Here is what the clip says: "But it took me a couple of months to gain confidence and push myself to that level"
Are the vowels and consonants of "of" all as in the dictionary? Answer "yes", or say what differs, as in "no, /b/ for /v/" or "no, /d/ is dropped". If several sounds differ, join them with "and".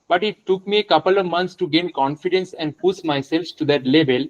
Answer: yes